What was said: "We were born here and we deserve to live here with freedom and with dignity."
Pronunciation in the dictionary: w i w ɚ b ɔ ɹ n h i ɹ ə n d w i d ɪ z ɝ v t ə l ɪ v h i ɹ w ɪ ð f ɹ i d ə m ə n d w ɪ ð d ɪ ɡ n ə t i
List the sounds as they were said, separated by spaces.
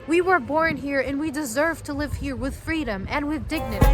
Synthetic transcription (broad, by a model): w i w ɚ b ɔ ɹ n h i ɹ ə n w i d ɪ z ɝ v t ə l ɪ v h i ɹ w ɪ ð f ɹ i d ə m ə n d w ɪ ð d ɪ ɡ n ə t i